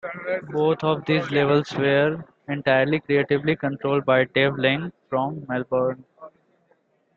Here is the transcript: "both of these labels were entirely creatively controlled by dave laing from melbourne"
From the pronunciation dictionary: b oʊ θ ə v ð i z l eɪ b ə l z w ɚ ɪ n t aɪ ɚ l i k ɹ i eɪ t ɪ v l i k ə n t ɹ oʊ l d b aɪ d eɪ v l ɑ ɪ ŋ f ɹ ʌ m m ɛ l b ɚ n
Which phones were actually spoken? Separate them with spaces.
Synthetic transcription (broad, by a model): b oʊ t ə v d i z l eɪ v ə l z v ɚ ɪ n t aɪ ɚ l i k ɹ i eɪ t ɪ v l i k ə n t ɹ oʊ l d b aɪ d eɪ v l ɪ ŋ f ɹ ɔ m m ɛ l b ɚ n